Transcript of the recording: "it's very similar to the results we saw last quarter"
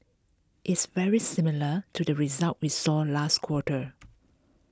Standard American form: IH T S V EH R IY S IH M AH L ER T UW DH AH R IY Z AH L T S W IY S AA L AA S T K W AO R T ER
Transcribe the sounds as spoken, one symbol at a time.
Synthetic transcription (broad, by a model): IH T S V EH R IY S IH M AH L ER T UW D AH R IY Z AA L T W IY S AA L AA S T K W AO T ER